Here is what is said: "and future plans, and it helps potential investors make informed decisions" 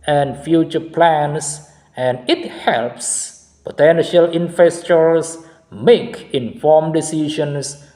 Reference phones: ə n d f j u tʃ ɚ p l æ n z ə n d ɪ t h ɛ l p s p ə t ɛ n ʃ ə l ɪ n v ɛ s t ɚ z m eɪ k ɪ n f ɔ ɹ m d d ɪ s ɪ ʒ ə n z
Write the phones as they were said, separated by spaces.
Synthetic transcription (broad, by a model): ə n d f j u tʃ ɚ p l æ n s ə n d ɪ t h ɛ l p s p ə t ɛ n ʃ ə l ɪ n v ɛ s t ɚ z m eɪ k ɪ n f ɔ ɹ m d d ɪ s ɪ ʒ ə n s